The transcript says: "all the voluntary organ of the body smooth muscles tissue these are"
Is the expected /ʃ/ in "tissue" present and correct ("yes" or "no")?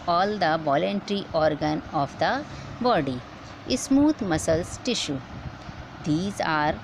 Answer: yes